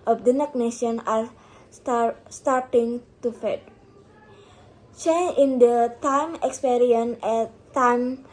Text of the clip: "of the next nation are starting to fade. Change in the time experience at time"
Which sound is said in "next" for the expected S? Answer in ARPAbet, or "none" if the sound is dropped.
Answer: none